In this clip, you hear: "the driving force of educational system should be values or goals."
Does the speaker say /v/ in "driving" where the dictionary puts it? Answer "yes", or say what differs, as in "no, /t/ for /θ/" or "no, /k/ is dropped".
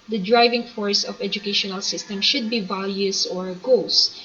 yes